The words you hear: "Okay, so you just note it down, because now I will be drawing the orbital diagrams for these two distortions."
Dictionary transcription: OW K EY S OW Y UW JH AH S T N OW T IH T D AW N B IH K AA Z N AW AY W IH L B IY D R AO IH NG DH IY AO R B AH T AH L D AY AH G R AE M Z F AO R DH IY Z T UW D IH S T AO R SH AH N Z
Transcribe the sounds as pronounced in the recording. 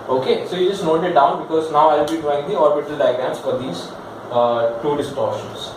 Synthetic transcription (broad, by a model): OW K EY S OW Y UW JH AH S T N OW T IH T D AW N B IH K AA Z N AW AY IH L B IY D AO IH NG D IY AO R B AH T AH L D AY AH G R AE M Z F AO R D IY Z T UW D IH S T AO R SH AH N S